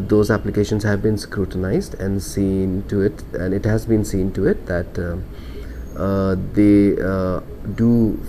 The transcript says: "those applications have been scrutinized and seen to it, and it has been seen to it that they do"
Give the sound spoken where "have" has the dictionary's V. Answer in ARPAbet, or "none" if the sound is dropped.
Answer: V